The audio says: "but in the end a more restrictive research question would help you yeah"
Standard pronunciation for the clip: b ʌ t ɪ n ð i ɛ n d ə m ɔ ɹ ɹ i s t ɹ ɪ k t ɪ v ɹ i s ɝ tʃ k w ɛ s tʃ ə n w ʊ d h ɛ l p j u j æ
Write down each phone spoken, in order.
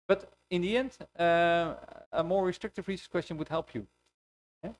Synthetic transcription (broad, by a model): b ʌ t ɪ n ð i ɛ n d ə m ɔ ɹ ɹ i s t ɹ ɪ k t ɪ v ɹ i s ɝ s k w ɛ s tʃ ə n w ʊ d h ɛ l p j u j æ